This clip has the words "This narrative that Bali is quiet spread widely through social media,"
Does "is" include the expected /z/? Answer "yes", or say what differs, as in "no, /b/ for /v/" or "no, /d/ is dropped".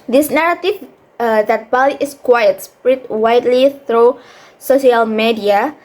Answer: no, /s/ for /z/